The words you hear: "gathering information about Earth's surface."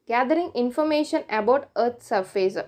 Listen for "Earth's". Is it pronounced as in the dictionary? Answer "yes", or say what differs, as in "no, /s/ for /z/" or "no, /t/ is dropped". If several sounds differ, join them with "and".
no, /t/ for /θ/